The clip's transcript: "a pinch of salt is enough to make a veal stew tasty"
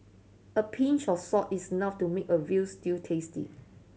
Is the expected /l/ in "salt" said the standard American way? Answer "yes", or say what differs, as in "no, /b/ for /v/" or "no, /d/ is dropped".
no, /l/ is dropped